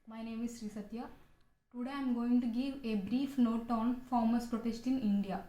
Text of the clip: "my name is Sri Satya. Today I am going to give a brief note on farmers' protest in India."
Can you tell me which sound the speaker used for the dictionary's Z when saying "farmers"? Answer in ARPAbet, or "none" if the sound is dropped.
S